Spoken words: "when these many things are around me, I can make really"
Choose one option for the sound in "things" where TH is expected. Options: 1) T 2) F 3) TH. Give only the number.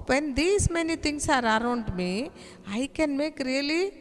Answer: 1